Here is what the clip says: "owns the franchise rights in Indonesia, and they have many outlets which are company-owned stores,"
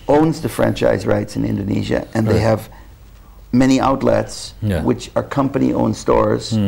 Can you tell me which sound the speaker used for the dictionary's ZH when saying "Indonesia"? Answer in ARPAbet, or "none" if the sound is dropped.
ZH